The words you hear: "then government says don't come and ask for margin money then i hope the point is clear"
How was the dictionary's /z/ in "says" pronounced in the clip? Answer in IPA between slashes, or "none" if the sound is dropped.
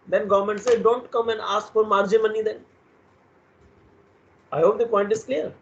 none